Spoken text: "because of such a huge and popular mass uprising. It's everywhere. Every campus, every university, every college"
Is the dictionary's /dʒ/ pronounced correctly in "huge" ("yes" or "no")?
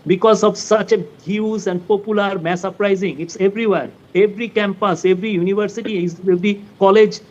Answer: no